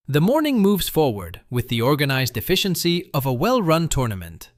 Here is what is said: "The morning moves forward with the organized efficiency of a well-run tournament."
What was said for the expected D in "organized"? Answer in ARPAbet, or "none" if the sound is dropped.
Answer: D